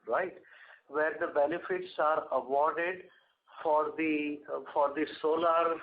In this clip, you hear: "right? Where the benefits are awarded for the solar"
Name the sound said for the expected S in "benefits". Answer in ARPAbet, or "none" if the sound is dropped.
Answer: S